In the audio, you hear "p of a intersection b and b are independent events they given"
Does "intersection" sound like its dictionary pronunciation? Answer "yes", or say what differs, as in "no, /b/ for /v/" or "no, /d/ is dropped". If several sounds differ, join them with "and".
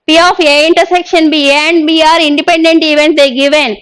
yes